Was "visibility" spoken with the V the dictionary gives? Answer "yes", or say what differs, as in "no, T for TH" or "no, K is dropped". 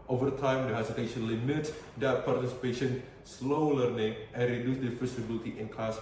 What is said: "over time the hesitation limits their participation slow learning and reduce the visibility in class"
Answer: no, F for V